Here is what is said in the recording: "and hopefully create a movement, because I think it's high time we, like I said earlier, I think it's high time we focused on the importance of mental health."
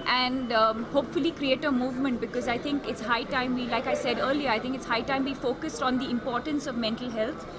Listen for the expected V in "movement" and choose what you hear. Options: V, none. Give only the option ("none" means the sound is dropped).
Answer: V